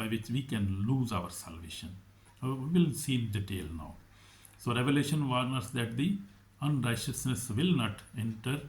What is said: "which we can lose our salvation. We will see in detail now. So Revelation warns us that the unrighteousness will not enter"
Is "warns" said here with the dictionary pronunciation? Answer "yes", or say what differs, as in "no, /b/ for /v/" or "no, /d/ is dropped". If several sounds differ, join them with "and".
no, /z/ is dropped